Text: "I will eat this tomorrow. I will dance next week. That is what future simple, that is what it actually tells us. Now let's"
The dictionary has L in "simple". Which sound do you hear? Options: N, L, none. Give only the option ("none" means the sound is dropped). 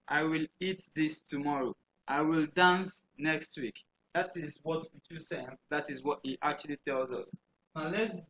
N